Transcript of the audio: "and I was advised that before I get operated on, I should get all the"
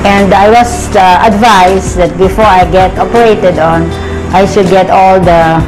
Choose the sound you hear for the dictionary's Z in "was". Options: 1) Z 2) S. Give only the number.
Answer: 2